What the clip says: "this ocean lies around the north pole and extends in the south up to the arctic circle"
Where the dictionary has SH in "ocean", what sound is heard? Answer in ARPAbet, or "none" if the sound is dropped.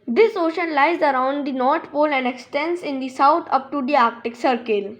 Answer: SH